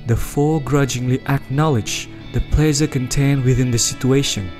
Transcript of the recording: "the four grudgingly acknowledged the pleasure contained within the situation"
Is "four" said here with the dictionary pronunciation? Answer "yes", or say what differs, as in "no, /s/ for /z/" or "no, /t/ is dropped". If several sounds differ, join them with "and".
no, /l/ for /ɹ/